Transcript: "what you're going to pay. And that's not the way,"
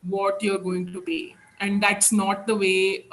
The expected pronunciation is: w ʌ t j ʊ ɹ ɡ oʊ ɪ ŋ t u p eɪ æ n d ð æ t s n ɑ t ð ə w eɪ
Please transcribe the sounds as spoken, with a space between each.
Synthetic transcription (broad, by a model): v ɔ t j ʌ ɹ ɡ oʊ ɪ ŋ t u b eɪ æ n d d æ t s n ɑ t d ə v eɪ